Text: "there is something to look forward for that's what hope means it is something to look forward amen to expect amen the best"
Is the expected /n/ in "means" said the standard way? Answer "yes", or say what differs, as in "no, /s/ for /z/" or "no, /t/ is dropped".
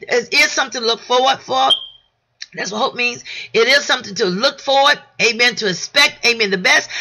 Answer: yes